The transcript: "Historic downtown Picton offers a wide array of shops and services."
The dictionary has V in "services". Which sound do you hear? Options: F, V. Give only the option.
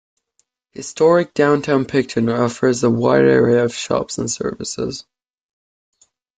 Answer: V